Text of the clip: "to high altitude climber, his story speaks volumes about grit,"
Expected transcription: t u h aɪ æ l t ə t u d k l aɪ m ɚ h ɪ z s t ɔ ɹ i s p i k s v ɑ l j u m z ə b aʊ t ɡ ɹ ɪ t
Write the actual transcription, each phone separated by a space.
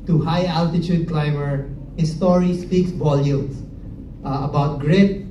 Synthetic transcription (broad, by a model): t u h aɪ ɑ l t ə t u d k l aɪ m ɚ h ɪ s t ɔ ɹ i s p i k s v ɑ l j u m s ə b aʊ t ɡ ɹ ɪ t